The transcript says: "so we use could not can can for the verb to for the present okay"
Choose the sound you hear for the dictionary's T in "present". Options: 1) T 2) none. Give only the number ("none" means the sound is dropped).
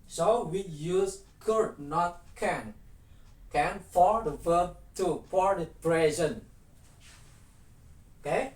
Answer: 2